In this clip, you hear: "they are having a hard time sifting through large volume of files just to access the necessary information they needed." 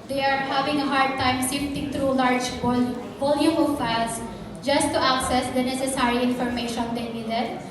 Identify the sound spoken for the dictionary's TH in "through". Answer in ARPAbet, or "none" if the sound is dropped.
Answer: T